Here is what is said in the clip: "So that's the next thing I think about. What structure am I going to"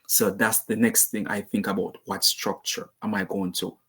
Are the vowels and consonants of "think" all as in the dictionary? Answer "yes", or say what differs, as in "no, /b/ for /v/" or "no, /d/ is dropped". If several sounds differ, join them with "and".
yes